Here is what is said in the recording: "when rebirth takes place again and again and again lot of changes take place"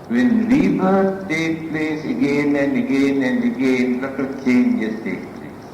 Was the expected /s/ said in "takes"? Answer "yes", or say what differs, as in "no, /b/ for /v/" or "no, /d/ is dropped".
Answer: no, /s/ is dropped